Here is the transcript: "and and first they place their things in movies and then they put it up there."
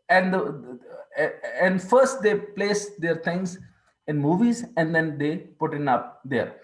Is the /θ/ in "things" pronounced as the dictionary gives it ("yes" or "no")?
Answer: no